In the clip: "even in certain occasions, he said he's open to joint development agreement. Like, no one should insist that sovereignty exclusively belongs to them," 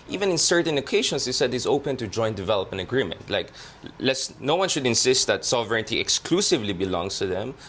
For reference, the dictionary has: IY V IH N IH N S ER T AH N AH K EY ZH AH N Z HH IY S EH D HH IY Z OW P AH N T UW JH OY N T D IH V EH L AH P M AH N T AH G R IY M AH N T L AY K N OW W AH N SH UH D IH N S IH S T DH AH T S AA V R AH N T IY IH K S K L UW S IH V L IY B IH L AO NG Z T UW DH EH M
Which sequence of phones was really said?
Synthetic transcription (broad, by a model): IY V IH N IH N S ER T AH N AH K EY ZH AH N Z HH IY S EH D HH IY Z OW P AH N T UW JH OY N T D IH V EH L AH P AH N AH G R IY M AH N T L AY K N OW W AH N SH UH D IH N S IH S T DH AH T S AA V R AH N T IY IH K S K L UW S IH V L IY B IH L AO NG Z T UW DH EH M